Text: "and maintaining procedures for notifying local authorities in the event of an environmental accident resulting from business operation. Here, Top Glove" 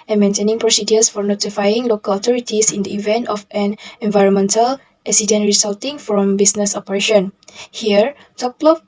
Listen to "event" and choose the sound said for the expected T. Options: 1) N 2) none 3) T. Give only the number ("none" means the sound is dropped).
3